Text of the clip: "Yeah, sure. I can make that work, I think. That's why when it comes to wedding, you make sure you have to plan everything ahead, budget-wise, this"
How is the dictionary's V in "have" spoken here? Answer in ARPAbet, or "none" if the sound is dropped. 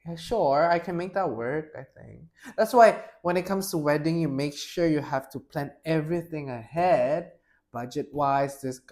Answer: F